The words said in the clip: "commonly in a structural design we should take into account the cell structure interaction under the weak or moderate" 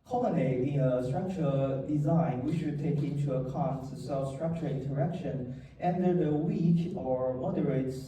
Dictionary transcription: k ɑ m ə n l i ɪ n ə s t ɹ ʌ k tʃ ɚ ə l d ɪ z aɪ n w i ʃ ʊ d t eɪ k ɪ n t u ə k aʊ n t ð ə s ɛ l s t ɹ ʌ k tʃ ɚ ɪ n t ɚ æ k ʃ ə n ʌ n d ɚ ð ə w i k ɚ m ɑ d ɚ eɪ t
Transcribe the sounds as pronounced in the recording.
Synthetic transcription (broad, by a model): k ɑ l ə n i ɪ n ə s t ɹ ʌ k tʃ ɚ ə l d ɪ z aɪ n w i ʃ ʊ d t eɪ k ɪ n t u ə k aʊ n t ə s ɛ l s t ɹ ʌ k tʃ ɚ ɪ n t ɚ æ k ʃ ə n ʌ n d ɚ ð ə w i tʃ ɚ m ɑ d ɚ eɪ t